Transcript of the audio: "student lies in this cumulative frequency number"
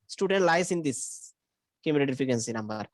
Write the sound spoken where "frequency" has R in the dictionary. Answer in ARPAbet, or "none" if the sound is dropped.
none